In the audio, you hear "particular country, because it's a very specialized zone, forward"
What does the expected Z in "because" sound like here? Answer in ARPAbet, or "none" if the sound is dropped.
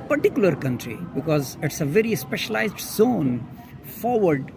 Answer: Z